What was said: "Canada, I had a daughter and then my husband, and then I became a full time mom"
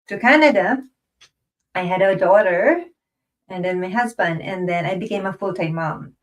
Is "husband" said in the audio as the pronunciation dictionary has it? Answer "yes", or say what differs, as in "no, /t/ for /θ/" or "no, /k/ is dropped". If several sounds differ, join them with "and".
yes